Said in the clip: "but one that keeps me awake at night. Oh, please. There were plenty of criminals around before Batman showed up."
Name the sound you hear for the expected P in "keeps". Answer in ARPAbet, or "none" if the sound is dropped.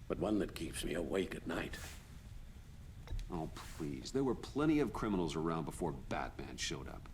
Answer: P